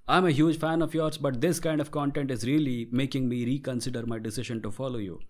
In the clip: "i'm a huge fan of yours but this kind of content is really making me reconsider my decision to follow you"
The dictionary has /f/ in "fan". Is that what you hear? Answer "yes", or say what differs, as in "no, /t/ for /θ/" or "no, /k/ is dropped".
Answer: yes